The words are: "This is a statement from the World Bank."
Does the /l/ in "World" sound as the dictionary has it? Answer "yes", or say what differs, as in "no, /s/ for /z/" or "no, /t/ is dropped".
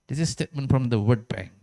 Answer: no, /l/ is dropped